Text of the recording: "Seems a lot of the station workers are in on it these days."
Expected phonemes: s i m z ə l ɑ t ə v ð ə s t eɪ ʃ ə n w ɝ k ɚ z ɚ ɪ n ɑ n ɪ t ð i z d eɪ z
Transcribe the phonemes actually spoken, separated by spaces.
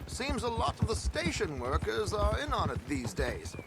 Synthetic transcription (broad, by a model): s i m z ə l ɑ t ə v ð ə s t eɪ ʃ ə n w ɝ k ɚ z ɚ ɪ n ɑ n ɪ t ð i z d eɪ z